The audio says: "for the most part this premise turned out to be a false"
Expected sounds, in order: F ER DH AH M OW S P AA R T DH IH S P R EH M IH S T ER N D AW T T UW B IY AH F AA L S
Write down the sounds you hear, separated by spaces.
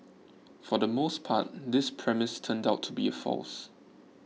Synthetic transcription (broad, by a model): F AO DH AH M OW S P AA T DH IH S P R EH M IH S T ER N D AW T T UW B IY AH F AA L S